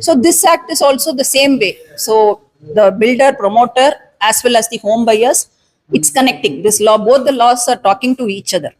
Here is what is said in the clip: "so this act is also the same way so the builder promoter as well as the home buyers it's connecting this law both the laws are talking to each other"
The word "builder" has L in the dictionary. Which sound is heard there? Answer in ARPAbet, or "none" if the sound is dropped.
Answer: L